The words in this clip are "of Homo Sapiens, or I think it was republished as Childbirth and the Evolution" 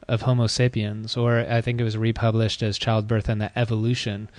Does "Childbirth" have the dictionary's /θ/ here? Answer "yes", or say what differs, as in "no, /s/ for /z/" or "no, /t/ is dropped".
yes